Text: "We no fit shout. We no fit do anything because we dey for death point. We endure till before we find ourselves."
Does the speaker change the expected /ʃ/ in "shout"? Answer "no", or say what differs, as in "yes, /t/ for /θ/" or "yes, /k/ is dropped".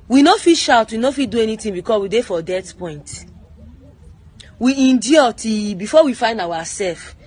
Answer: no